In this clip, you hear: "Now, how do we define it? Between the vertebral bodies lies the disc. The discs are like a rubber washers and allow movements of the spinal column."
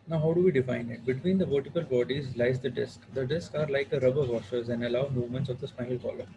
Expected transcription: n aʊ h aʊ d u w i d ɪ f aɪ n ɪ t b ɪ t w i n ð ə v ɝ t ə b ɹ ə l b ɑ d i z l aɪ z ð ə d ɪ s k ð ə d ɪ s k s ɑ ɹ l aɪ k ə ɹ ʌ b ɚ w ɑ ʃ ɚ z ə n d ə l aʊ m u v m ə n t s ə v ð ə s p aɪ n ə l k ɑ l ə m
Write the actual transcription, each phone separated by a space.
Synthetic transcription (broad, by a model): n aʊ h aʊ d u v i d ɪ f aɪ n ɪ t b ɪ t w i n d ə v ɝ t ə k ə l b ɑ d i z l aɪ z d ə d ɪ s k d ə d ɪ s k ɑ ɹ l aɪ k ə ɹ ʌ b ɚ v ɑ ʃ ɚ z ə n d ə l aʊ m u v m ə n t s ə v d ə s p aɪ ə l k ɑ l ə